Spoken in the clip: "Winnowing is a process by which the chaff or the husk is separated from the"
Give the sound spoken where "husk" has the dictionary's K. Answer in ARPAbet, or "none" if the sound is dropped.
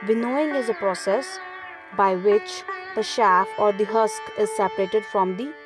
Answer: K